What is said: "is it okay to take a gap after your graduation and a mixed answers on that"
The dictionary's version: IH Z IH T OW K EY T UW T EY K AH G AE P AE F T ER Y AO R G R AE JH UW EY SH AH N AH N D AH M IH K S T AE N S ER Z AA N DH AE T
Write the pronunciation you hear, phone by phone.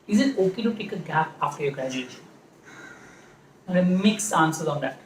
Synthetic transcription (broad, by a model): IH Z IH T OW K EY T UW T EY K AH G AE P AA F T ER Y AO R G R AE JH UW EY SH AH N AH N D AH M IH K S AA N S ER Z AA N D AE T